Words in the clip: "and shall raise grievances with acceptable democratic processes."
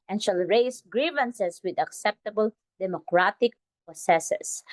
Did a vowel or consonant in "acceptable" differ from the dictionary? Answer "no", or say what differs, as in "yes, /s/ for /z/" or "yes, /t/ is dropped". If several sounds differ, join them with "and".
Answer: no